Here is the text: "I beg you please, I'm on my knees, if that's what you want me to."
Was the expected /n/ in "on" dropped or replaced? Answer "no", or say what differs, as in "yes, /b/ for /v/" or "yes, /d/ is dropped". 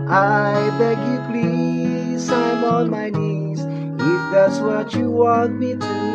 yes, /l/ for /n/